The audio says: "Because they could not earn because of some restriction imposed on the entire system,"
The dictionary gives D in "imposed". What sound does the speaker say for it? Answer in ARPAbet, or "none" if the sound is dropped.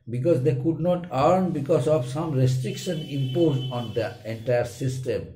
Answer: none